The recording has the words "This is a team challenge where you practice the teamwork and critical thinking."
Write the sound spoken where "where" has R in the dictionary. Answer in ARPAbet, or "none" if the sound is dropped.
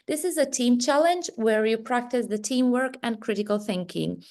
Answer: R